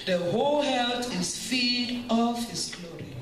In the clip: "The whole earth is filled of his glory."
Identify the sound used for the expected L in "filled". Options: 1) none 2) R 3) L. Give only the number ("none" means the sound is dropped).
1